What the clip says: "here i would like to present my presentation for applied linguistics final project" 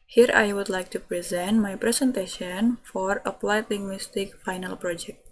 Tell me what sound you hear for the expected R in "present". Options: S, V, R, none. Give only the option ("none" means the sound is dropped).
R